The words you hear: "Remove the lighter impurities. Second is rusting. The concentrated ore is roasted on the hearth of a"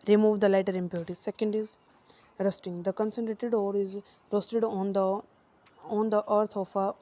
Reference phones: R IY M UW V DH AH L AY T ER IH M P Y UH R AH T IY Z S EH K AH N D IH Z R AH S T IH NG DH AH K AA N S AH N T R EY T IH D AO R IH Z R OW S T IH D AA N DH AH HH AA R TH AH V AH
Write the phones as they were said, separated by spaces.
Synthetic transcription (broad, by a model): R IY M UW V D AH L AY T ER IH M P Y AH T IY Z S EH K AH N D IH Z R AH S T IH NG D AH K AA N S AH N T R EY T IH D AO R IH Z R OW S T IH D AA N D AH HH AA R T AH F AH